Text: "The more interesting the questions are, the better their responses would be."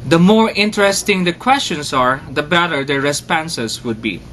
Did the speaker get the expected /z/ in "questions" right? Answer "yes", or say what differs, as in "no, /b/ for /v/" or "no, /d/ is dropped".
no, /s/ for /z/